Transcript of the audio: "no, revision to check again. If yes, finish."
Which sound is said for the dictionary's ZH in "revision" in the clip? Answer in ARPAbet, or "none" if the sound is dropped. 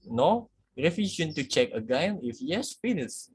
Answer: SH